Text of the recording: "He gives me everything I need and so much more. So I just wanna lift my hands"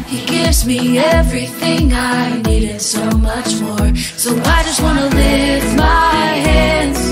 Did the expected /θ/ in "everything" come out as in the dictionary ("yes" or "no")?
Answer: yes